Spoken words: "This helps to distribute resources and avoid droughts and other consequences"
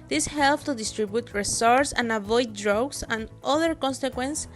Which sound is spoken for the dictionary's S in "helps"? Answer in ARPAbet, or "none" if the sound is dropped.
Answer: none